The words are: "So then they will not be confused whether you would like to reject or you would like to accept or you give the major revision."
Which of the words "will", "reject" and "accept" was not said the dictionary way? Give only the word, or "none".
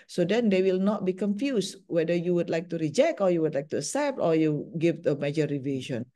accept